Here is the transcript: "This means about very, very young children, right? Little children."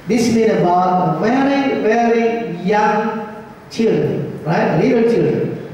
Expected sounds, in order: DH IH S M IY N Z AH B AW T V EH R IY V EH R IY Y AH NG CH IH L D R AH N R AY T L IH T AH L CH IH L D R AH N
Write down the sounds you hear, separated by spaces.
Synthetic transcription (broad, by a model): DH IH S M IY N AH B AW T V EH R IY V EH R IY Y AH NG CH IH L D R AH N R AY T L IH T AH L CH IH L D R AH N